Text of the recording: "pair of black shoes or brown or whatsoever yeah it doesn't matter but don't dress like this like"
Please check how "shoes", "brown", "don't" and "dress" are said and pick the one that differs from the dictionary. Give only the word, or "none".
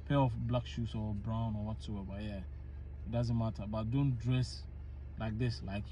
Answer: shoes